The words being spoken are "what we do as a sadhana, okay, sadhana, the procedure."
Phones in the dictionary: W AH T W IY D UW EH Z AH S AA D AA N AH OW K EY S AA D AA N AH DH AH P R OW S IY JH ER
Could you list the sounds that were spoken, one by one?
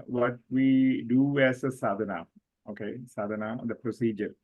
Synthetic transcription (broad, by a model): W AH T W IY D UW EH S AH S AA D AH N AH OW K EY S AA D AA N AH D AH P R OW S IY JH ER